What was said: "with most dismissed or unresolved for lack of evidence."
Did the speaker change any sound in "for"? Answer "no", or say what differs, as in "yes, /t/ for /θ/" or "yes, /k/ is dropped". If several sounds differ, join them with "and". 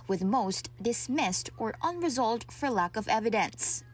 no